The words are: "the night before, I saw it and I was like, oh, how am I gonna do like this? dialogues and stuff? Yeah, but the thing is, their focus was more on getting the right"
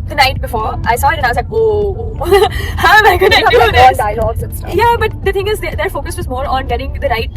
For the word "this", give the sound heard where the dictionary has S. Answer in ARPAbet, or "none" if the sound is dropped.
none